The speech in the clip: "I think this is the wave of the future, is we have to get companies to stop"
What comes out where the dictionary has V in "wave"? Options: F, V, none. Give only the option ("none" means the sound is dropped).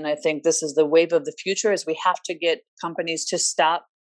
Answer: V